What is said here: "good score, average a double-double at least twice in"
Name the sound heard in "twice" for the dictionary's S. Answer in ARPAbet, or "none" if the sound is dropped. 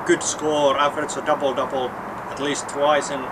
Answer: S